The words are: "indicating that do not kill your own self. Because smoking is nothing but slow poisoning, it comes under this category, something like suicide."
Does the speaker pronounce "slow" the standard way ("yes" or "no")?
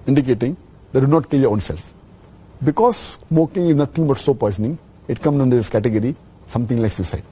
no